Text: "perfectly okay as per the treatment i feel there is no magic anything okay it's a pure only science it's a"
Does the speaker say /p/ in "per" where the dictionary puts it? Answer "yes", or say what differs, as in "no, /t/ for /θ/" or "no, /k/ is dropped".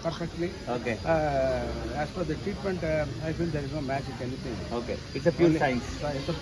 no, /f/ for /p/